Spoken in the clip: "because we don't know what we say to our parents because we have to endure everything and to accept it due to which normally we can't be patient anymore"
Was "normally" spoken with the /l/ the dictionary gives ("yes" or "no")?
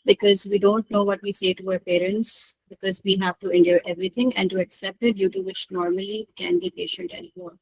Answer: no